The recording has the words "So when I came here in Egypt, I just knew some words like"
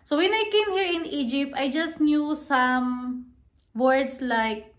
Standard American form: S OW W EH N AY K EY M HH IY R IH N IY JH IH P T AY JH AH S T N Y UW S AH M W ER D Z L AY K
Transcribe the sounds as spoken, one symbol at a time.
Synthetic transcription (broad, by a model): S OW W EH N AY K EY M HH IY R IH N IY JH IH P T AY JH AH S T N Y UW S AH M W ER D S L AY K